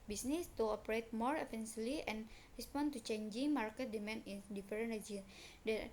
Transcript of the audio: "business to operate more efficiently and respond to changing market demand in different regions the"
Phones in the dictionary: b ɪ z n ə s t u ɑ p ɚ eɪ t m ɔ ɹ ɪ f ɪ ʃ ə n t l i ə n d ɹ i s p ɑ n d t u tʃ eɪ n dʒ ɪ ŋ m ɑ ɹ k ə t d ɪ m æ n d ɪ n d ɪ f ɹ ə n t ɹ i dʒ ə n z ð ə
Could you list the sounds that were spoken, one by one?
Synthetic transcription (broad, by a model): b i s n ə s t u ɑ p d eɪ t m ɔ ɹ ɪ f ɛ s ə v l i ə n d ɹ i s p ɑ n t u tʃ eɪ n dʒ ɪ ŋ m ɑ ɹ k ə t d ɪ m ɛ n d ɪ n d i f ɹ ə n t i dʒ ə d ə